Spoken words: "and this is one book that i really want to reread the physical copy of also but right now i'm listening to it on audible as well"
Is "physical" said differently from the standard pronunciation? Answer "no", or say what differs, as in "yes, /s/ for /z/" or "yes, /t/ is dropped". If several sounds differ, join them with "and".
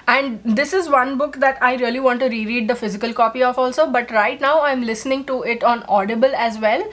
no